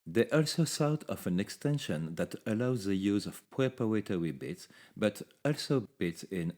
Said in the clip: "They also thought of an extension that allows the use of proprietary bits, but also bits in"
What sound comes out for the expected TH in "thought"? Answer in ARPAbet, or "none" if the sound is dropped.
S